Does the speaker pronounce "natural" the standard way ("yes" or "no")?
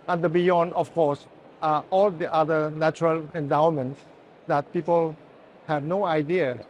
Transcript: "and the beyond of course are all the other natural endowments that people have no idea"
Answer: yes